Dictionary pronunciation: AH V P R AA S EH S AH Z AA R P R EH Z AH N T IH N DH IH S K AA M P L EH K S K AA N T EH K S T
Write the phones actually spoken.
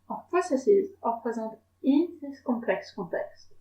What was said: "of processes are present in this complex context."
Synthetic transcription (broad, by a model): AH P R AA S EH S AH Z AA R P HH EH Z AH T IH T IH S K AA P L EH K S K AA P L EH K S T